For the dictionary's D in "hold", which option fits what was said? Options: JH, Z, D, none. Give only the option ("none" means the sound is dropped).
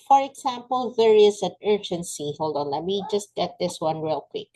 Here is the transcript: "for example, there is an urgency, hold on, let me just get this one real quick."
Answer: D